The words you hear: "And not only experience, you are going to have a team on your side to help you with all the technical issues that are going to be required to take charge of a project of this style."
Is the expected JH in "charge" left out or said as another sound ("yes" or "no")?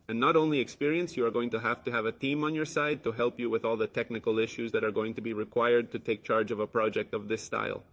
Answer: no